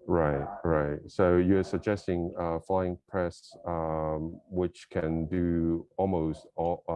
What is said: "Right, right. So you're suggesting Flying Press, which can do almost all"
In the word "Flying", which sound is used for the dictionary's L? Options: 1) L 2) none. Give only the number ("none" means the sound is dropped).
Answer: 1